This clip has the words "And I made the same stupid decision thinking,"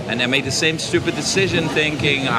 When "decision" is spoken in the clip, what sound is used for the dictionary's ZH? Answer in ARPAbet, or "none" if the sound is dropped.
ZH